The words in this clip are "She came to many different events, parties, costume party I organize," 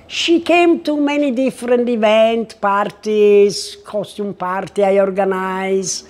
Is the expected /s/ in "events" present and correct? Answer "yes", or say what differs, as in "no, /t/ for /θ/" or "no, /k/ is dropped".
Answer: no, /s/ is dropped